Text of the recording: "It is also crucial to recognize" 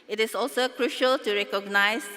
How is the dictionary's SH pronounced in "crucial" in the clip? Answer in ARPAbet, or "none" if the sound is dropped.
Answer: SH